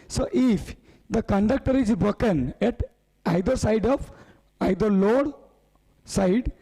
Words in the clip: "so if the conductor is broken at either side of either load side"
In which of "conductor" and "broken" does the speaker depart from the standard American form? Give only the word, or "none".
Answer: broken